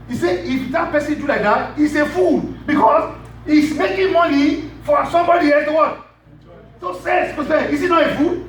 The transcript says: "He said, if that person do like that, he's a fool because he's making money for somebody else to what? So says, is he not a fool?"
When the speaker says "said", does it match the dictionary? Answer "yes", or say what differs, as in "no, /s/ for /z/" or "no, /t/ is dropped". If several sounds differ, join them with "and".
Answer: no, /d/ is dropped